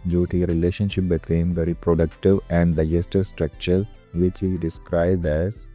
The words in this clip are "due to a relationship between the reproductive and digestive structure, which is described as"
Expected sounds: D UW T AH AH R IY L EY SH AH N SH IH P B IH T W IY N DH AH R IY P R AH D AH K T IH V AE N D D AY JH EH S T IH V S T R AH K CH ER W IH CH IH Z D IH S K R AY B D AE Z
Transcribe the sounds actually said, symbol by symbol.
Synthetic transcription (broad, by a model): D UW T AH R IY L EY SH AH N SH IH P B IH T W IY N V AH R IY P R AH D AH K T IH V AE N D D AY JH EH S T IH V S T R AH K CH ER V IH CH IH D IH S K R AY B D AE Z